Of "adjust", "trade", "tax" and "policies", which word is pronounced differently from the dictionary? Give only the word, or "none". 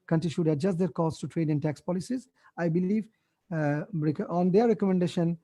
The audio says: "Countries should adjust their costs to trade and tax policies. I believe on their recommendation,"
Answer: none